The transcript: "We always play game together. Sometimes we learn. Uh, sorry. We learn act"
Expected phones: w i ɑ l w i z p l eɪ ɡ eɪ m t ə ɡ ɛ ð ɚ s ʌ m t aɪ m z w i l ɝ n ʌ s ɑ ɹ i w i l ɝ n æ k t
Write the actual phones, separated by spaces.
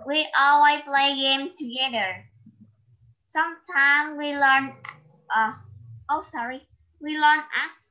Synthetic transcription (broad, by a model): w i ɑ l w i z p l eɪ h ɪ m t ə ɡ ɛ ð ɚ s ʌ m t aɪ m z w i l ɝ n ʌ s ɑ ɹ i w i l ɝ n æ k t